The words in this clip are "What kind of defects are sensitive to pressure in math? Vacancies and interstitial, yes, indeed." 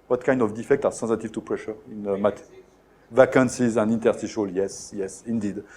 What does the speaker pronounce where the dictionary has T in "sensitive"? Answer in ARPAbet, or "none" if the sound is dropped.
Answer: T